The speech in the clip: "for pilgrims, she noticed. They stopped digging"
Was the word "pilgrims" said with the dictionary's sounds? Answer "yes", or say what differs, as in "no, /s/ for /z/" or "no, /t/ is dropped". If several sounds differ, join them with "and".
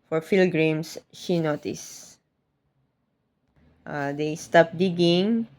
no, /f/ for /p/